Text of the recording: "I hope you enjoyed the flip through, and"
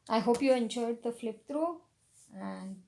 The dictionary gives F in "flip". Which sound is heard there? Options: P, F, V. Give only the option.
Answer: F